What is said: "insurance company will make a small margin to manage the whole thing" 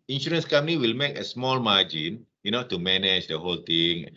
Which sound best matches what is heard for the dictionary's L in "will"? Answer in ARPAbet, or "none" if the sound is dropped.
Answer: L